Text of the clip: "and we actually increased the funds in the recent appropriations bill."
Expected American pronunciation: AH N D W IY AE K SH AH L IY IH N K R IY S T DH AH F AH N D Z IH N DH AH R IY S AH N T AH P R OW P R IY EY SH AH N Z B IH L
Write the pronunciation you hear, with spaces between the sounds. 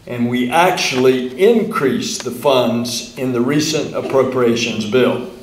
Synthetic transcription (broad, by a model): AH N W IY AE K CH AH L IY IH N K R IY S DH AH F AH N D Z IH N DH AH R IY S AH N T AH P R OW P R IY EY SH AH N Z B IH L